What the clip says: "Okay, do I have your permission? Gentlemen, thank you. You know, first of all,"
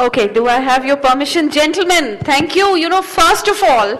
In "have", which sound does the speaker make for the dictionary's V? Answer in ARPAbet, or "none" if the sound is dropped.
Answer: V